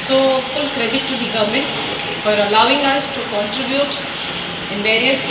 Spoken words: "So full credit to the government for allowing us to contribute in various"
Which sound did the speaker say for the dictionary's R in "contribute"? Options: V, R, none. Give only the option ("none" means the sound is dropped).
R